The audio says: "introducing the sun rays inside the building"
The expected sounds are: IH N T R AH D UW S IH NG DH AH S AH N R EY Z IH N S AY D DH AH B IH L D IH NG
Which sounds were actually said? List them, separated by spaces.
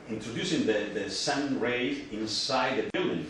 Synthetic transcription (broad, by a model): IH N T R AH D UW S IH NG DH AH S AH N R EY IH N S AY D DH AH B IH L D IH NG